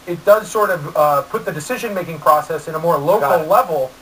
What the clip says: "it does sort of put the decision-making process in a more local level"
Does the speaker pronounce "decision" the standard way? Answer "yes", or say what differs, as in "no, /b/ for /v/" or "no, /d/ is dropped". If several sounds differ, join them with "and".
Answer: yes